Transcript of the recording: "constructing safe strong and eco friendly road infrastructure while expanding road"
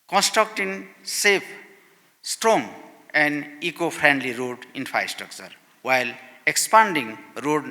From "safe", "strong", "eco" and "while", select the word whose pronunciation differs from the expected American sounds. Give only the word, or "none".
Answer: safe